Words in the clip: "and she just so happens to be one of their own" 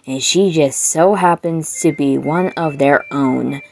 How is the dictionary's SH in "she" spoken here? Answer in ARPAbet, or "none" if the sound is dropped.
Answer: SH